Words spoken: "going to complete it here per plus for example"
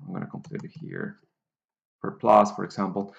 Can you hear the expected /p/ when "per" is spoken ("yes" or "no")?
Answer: no